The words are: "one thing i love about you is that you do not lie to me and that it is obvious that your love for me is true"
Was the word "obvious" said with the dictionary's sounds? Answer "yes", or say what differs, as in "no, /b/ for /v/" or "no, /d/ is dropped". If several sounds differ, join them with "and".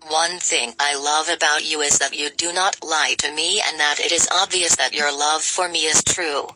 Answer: yes